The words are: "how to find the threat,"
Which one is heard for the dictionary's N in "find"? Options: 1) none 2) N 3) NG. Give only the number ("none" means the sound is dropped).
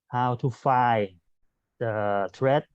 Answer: 1